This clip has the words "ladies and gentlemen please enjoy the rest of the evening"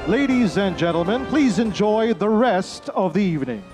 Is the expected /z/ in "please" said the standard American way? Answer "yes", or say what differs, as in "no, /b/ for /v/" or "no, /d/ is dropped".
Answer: yes